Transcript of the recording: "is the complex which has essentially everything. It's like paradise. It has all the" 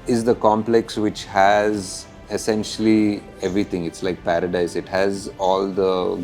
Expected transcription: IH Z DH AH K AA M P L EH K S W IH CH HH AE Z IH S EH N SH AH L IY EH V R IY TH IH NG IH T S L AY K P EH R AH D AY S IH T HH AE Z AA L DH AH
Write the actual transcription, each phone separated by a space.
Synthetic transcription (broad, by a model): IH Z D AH K AA M P L EH K S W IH CH HH AE Z IH S EH N SH AH L IY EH V R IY T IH NG IH T S L AY K P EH R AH D AY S IH T HH AE Z AA L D AH